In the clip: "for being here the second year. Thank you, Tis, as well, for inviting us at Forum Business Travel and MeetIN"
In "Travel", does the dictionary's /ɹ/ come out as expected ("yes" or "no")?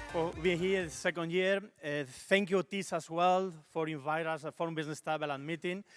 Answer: no